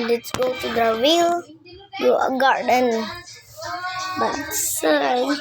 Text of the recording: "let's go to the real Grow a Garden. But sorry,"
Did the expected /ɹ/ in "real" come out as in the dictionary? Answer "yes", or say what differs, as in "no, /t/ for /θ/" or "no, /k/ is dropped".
no, /w/ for /ɹ/